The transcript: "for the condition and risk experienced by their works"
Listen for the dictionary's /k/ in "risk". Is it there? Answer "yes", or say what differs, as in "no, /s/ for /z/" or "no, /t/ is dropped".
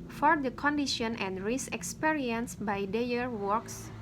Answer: no, /k/ is dropped